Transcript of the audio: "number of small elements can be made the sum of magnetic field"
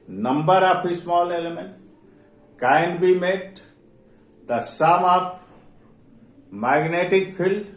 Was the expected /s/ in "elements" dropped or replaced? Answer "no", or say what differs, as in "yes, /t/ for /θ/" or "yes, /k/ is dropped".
yes, /s/ is dropped